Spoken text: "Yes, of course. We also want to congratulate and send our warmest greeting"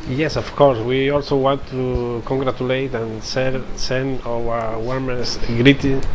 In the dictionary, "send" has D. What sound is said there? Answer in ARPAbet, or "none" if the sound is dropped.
none